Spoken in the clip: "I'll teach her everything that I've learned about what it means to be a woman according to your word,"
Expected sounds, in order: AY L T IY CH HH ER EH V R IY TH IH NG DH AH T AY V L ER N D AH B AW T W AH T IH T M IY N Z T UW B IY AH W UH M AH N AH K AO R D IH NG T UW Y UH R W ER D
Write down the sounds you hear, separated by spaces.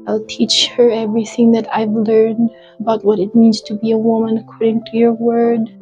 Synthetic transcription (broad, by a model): AY L T IY CH HH ER EH V R IY TH IH NG DH AH T AY V L ER N D AH B AW T W AH T IH T M IY N Z T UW B IY AH W UH M AH N AH K AO R D IH NG T UW Y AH R W ER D